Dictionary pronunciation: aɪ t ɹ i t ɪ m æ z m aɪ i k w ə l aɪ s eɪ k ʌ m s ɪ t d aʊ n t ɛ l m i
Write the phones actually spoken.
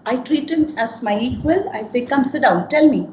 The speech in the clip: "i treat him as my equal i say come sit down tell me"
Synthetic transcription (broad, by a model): aɪ t ɹ i t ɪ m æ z m aɪ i w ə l aɪ s eɪ k ʌ m s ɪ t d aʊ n t ɛ l m i